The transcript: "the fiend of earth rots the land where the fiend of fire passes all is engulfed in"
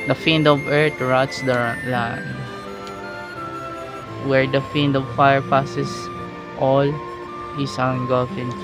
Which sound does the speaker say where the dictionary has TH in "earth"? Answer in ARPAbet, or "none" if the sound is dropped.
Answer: T